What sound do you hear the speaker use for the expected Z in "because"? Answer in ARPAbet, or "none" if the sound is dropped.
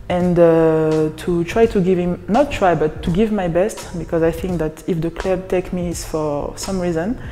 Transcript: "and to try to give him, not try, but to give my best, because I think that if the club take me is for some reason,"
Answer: Z